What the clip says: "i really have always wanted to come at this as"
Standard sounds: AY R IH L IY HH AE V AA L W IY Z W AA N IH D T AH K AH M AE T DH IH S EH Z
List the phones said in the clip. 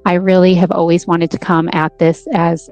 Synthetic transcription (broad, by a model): AY R IH L IY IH V AA L W IY Z W AA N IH D T AH K AH M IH T DH IH S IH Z